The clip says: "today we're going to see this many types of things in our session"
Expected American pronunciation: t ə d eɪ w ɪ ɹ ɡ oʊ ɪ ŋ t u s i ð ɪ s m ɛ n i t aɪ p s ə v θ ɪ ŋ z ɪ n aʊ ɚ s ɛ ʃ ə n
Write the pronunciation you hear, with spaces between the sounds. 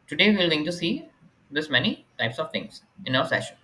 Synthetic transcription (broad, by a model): t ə d eɪ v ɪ l ɡ oʊ ɪ ŋ t u s i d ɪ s m ɛ n i t aɪ p s ə v t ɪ ŋ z ɪ n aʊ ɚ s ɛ ʃ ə n